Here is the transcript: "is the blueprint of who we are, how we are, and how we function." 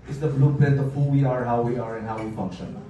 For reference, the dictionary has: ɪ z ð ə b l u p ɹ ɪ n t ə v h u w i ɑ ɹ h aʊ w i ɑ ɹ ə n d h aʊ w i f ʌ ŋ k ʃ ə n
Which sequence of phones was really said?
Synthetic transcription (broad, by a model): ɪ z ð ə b l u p ɪ t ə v h u w i ɑ ɹ h aʊ w i ɑ ɹ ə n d h aʊ w i f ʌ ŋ k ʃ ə n